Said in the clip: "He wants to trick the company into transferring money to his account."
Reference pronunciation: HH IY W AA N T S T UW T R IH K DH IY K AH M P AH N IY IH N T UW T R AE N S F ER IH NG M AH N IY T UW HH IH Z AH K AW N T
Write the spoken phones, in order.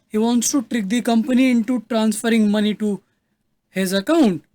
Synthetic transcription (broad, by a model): HH IY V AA N T S T UW T R IH K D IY K AH M P AH N IY IH N T UW T R AE N S F ER IH NG M AH N IY T UW HH IH Z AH K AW N T